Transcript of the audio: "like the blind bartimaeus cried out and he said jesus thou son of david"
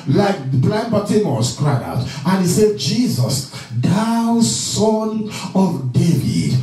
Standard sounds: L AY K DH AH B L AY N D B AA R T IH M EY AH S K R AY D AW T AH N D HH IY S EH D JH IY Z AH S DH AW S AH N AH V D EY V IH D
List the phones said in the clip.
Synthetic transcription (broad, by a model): L AY K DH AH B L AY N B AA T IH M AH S K R AY AW T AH N HH IY S EH D JH IY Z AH S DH AW S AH N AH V D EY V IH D